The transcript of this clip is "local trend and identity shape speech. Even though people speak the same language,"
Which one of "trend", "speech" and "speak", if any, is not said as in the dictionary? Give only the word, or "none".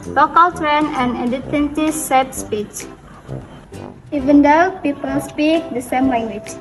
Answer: trend